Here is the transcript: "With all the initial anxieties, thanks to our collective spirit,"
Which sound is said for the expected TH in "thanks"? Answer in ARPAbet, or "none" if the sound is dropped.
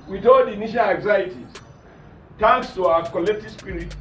T